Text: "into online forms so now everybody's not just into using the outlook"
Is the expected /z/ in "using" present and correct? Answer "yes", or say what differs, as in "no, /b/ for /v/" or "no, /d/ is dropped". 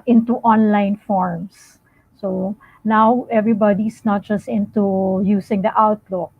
no, /s/ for /z/